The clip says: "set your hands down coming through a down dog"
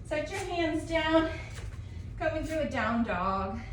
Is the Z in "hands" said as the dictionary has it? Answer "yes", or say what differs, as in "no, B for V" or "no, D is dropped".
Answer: yes